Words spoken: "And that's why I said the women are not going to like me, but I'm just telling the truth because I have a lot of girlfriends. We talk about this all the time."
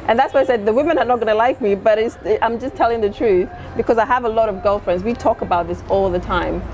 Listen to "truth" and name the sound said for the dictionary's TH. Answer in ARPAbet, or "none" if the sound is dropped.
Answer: TH